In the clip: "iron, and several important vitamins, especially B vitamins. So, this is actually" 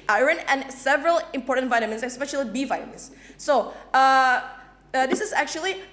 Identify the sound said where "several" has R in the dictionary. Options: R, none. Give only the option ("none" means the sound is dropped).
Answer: R